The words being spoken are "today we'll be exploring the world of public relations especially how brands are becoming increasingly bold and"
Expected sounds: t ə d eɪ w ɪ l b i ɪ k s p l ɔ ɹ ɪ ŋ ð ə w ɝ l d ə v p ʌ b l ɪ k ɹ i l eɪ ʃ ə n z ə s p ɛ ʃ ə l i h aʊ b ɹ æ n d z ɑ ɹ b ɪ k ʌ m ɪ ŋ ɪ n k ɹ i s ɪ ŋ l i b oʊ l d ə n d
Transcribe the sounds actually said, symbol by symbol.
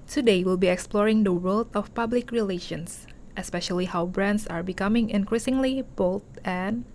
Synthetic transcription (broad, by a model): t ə d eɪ w ɪ l b i ɪ k s p l ɔ ɹ ɪ ŋ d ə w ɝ l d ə f p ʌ b l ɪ k ɹ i l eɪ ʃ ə n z ə s p ɛ ʃ ə l i h aʊ b ɹ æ n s ɑ ɹ b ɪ k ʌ m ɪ ŋ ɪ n k ɹ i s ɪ ŋ l i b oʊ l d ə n